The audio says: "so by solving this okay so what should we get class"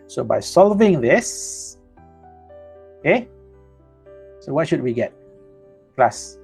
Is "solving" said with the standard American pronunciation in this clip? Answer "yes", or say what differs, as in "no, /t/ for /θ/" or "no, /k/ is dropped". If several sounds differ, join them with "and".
yes